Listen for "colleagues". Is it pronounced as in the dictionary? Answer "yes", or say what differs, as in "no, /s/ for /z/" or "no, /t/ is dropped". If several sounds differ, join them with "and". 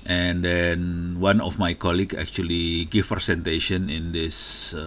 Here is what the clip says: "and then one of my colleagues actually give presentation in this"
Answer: no, /z/ is dropped